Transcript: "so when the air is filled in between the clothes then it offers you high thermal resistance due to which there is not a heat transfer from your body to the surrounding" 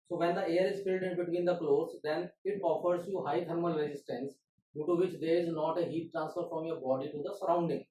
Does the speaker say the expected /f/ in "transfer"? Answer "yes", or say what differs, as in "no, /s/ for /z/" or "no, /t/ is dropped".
yes